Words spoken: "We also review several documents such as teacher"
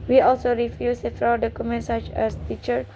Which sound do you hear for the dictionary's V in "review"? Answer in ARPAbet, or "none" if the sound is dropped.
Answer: F